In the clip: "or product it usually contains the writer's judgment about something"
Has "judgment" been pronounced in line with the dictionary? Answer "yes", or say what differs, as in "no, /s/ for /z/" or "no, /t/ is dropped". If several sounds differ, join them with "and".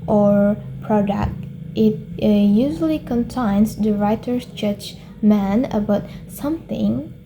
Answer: no, /t/ is dropped